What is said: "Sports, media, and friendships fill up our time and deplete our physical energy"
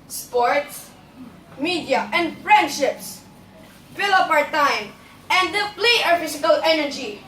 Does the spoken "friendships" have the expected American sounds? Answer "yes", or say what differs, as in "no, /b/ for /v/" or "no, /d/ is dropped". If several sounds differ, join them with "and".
yes